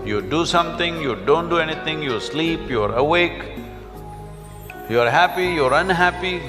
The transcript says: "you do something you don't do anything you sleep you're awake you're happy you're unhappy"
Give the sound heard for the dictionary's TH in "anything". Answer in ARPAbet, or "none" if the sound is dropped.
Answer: T